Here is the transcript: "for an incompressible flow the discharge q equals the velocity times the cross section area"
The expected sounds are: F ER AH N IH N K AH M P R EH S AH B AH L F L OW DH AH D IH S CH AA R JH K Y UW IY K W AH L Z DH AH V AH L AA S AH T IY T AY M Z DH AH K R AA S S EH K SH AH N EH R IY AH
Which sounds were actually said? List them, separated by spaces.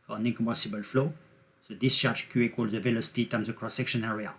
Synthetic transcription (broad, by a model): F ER AH N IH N K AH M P EH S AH B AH L F L OW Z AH D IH S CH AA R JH K Y UW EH K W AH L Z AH V AH L AA S AH T IY T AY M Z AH K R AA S S EH K SH AH N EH R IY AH